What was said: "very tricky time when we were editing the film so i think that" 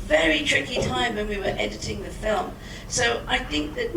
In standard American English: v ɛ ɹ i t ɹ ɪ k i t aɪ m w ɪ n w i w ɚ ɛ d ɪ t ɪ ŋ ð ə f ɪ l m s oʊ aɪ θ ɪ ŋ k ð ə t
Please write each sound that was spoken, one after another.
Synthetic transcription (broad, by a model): v ɛ ɹ i t ɹ ɪ k i t aɪ m w ɪ n w i w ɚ ɛ d ɪ t ɪ ŋ ð ə f ɪ l m s oʊ aɪ θ ɪ ŋ k ð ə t